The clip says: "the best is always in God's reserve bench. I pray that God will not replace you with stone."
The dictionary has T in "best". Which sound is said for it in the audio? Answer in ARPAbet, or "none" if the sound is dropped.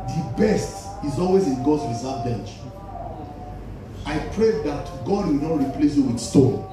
T